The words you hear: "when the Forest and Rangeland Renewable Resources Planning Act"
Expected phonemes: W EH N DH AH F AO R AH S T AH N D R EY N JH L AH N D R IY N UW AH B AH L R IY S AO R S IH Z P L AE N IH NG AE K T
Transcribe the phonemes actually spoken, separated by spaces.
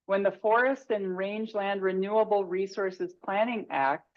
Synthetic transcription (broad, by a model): W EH N DH AH F AO R AH S T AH N R EY N JH L AH N D R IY N UW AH B L R IY S AO R S IH Z P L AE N IH NG AE K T